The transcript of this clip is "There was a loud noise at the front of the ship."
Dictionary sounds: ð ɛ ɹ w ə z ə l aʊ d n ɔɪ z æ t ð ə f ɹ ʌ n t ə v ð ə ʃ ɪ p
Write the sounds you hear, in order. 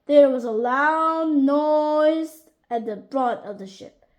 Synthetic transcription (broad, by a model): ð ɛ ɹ w ə z ə l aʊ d n ɔɪ z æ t ð ə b ɹ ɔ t ə v ð ə ʃ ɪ p